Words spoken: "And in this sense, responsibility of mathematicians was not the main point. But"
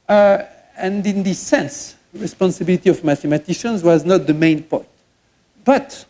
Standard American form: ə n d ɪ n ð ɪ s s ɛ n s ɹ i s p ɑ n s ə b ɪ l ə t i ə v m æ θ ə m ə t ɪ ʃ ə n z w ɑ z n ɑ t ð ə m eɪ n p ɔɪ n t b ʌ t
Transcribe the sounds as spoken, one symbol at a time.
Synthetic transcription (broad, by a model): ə n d ɪ n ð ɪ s s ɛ n s ɹ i s p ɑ n s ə b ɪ l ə t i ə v m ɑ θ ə m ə t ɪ ʃ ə n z w ɑ z n ɑ t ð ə m eɪ n p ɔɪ t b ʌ t